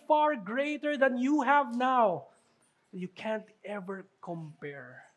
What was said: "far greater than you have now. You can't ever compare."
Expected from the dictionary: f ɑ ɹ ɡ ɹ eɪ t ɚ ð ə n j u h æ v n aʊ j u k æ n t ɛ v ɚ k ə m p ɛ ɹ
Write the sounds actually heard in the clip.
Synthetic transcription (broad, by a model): f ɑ ɹ ɡ ɹ eɪ t ɚ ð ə n j u h æ v n aʊ j u k æ n t ɛ v ɚ k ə m p ɛ ɹ